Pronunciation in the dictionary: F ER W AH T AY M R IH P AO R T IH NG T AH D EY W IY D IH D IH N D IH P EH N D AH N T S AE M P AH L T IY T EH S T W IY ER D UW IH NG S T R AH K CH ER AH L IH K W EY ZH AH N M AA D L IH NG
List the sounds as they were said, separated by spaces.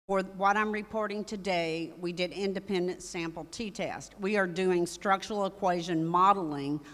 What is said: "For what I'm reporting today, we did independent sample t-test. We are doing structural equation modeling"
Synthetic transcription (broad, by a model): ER W AH T AY M R IH P AO R T IH NG T AH D EY W IY D IH D IH N D IH P EH N D AH N T S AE M P L T IY T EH S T W IY ER D UW IH NG S T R AH K CH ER L IH K W EY ZH AH N M AA D L IH NG